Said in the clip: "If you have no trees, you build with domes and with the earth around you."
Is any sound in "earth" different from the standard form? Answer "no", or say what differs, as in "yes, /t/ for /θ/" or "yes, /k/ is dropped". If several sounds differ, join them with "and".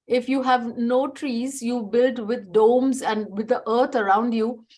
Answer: yes, /t/ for /θ/